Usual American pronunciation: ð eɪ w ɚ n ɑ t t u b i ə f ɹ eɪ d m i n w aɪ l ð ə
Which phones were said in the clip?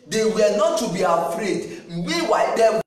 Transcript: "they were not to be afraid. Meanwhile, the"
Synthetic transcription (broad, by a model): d eɪ w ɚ n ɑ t t u b i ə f ɹ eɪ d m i w aɪ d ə